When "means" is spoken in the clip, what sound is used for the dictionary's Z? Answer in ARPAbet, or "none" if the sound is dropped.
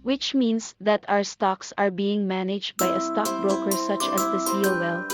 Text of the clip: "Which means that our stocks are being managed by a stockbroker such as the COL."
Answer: S